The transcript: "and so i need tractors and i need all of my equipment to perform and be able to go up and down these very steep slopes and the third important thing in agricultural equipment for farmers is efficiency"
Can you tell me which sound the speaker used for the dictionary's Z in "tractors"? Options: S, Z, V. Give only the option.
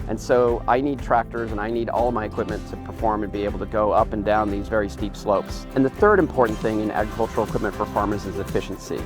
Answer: Z